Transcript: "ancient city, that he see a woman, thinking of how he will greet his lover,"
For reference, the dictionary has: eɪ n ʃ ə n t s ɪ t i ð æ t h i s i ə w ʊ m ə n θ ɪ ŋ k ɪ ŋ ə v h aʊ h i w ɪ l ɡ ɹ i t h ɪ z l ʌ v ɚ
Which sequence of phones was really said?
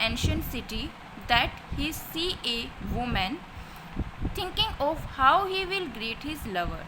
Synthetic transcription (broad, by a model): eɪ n ʃ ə n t s ɪ t i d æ t h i s i ə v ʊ m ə n t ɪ ŋ k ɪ ŋ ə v h aʊ h i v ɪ l ɡ ɹ i t h ɪ z l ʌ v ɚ